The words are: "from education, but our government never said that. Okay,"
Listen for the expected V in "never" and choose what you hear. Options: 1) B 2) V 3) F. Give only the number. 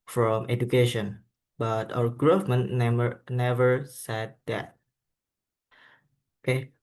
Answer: 2